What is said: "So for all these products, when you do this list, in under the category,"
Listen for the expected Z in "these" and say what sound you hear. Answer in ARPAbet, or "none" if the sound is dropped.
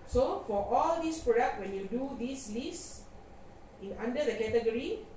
S